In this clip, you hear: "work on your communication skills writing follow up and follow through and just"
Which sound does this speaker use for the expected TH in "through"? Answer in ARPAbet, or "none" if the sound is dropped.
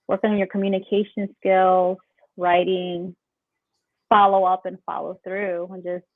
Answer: TH